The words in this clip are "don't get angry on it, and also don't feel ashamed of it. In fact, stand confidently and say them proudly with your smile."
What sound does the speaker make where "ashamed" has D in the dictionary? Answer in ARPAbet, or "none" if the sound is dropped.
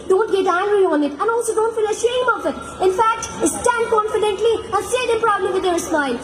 none